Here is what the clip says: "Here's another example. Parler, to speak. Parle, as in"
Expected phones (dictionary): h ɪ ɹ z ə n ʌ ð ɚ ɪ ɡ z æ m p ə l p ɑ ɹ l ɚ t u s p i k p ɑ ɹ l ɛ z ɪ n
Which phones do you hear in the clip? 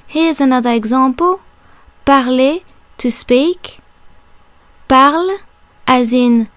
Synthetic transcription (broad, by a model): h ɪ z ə n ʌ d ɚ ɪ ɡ z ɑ p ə p ɑ ɹ l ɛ t u s p i k p ɑ ɹ l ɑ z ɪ n